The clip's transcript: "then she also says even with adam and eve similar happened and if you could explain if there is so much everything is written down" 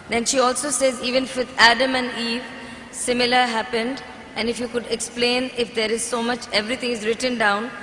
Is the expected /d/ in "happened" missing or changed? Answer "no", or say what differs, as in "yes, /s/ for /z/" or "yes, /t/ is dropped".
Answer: no